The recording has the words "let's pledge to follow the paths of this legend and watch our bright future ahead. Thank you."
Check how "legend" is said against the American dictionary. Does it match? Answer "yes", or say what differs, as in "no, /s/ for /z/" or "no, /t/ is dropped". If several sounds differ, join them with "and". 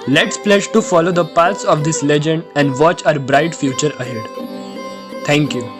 yes